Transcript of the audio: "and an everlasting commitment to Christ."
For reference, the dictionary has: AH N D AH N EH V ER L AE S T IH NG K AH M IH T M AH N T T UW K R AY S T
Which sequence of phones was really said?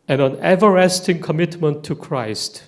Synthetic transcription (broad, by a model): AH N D AH N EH V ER AE S T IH NG K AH M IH T M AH N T T UW K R AY S T